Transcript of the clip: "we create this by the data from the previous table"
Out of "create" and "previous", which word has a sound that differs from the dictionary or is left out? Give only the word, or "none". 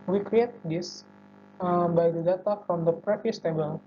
previous